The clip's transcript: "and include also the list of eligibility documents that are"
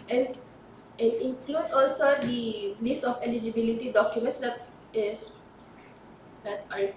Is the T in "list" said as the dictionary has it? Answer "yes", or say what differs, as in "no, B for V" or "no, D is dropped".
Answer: no, T is dropped